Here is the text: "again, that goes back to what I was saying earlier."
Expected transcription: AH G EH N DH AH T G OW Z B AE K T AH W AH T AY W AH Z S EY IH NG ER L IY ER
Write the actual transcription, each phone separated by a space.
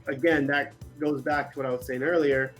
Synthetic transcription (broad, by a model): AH G EH N DH AH T G OW Z B AE K T AH W AH T AY W AH Z S EY IH NG ER L IY ER